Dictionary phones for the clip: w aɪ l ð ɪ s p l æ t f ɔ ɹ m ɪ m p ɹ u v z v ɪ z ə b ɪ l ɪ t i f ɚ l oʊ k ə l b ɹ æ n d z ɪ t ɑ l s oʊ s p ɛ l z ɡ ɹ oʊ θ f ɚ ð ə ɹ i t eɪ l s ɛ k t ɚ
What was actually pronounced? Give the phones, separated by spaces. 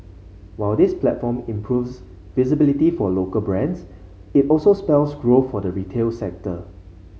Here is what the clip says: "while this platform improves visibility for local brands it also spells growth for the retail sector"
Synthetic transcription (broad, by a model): w aɪ l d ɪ s p l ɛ t f ɔ m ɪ m p ɹ u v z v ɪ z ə b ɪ l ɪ t i f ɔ l oʊ k ə l b ɹ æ n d s ɪ t ɑ l s oʊ s p ɛ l s ɡ ɹ oʊ f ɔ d ə ɹ i t eɪ l s ɛ k t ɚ